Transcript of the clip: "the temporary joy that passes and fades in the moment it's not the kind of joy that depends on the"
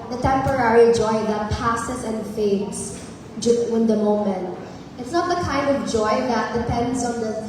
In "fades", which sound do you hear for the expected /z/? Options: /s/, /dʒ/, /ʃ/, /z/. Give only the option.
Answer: /s/